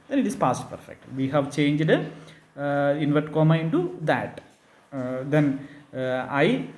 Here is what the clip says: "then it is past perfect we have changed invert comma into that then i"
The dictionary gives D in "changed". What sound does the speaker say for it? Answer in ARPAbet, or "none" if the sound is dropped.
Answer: D